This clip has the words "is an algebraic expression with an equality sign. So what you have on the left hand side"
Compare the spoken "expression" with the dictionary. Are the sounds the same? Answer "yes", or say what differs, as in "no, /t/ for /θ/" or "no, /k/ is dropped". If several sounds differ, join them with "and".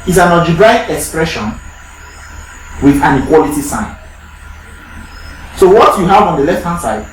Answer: yes